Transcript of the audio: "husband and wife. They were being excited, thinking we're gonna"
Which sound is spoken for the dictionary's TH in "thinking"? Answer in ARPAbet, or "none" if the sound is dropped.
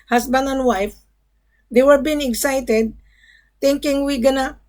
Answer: T